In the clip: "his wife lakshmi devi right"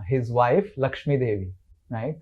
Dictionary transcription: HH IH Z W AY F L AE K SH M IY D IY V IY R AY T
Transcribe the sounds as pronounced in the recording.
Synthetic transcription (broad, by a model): HH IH Z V AY F L AE K SH M IY D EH V IY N AY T